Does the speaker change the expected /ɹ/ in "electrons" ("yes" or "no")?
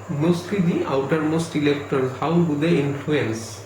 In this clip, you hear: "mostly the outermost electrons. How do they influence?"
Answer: yes